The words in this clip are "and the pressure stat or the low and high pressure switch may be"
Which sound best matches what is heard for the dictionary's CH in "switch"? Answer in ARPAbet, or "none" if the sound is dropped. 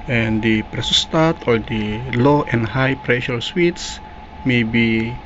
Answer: S